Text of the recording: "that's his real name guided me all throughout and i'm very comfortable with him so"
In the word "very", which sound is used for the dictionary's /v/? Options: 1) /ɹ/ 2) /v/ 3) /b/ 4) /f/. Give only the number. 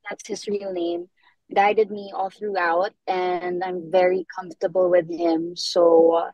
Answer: 2